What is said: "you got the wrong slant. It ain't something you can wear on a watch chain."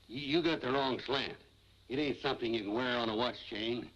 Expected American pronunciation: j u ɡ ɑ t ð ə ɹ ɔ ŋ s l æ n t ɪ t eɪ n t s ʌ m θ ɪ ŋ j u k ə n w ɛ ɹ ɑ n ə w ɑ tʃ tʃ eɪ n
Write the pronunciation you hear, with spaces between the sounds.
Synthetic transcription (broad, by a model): j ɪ ɡ ɑ t ð ə ɹ ɔ ŋ s l æ n t ɪ t eɪ n t s ʌ m θ ɪ ŋ j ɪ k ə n w ɛ ɹ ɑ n ə w ɑ tʃ tʃ eɪ n